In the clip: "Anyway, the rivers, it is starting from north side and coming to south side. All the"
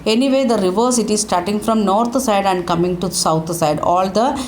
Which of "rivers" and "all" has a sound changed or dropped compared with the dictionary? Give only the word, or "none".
rivers